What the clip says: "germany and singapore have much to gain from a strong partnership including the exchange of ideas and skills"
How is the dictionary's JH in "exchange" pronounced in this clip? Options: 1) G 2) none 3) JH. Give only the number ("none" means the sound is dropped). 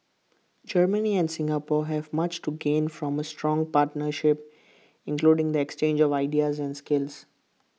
3